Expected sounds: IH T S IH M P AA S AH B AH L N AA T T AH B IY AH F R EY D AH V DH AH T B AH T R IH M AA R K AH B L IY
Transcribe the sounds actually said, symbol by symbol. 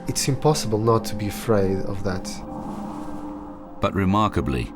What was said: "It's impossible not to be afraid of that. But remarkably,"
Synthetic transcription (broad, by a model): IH T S IH M P AA S AH B AH L N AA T T AH B IY AH F R EY D AH V DH AH T B AH T R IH M AA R K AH B L IY